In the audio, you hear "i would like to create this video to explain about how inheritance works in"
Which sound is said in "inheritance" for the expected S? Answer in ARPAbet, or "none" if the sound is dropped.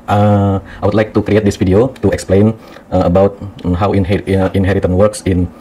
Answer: none